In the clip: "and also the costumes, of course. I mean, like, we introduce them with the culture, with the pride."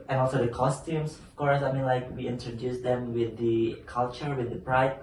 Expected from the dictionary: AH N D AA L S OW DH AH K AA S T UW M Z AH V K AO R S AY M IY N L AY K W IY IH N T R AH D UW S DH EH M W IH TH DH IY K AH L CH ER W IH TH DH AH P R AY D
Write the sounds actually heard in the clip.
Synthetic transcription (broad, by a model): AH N AA L S OW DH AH K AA S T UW M S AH F K AO R S AY M IY N L AY K W IY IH N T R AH D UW S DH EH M W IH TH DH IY K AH L CH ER W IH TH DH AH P R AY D